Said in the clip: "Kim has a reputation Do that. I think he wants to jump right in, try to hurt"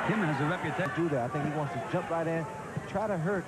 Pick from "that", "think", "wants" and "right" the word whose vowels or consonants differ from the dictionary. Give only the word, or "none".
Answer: none